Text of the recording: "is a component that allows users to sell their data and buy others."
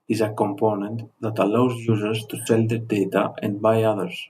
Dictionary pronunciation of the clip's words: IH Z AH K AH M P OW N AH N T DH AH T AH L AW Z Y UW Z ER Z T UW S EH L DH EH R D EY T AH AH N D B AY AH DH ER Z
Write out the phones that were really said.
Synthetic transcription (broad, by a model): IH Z AH K AH M P OW N AH N T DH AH T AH L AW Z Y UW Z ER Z T UW S EH L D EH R D EY T AH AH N B AY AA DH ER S